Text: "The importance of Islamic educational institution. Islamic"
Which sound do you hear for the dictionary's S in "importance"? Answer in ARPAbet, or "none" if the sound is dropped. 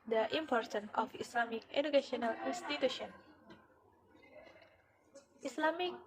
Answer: none